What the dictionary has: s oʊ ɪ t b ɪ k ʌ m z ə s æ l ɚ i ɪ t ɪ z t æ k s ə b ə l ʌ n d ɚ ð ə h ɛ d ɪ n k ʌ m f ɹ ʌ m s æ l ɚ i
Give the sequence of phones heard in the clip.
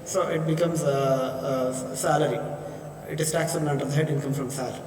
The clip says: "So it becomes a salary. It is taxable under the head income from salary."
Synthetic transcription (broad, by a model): s oʊ ɪ t b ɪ k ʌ m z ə s æ l ɚ i ɪ t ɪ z t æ k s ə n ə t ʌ d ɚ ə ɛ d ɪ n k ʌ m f ɹ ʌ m s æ l